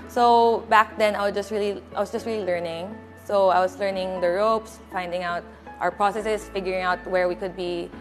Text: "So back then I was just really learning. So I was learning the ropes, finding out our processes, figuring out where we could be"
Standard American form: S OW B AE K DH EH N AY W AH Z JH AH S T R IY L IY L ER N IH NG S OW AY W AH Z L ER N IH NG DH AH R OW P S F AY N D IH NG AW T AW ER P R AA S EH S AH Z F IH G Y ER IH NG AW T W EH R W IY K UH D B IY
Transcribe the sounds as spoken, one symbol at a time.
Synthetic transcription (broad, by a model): S OW B AE K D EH N AY W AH S JH AH S T R IY L IY L ER N IH NG S OW AY W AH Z L ER N IH NG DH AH R OW P S F AY N D IH NG AW T AW ER P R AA S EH S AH S F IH G Y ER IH NG AW T W EH R W IY K UH D B IY